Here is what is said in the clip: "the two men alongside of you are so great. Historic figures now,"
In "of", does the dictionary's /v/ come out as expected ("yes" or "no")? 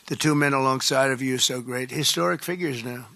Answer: yes